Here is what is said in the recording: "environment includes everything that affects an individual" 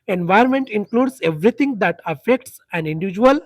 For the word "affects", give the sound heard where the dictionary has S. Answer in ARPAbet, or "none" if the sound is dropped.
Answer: S